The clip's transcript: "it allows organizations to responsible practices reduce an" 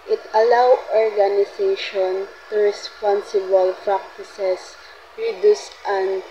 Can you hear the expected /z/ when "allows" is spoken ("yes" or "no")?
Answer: no